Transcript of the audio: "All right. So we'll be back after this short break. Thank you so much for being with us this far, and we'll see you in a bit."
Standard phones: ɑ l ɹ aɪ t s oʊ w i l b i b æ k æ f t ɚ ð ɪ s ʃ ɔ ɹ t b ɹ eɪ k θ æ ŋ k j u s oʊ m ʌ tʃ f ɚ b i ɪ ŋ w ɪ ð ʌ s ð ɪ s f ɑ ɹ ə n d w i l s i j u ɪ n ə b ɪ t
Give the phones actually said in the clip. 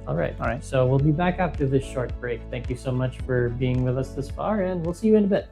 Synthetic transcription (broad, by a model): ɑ l ɹ aɪ t s oʊ w i l b i b æ k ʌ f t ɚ ð ɪ s ʃ ɔ ɹ t b ɹ eɪ k θ æ ŋ k j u s oʊ m ʌ tʃ f ɚ b i ɪ ŋ w ɪ ð ʌ s ð ɪ s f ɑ ɹ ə n w i l s i j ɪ ɪ n ə b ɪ t